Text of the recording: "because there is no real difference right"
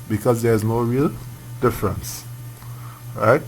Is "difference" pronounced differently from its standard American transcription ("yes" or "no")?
no